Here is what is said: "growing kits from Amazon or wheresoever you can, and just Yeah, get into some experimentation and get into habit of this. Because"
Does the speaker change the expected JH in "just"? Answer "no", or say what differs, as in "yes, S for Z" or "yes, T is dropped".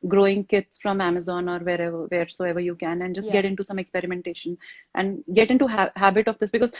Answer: no